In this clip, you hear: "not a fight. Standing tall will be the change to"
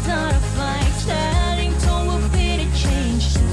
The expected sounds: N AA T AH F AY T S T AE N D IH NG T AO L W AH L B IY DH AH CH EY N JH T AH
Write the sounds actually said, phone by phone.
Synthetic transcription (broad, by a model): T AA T AH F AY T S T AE D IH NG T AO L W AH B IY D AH CH EY N JH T